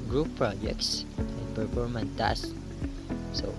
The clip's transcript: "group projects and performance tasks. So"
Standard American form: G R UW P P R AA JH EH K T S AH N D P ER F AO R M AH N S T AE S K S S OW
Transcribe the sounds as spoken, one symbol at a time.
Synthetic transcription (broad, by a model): G R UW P P R AA JH EH K T S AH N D P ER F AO R M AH N T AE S S S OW